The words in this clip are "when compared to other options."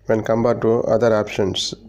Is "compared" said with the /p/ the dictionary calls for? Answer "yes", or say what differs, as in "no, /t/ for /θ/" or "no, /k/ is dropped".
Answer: no, /b/ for /p/